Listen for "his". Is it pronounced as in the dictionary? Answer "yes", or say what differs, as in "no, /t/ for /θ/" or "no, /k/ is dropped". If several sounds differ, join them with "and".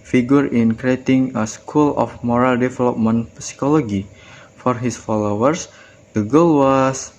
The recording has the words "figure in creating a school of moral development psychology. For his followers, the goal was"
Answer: no, /s/ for /z/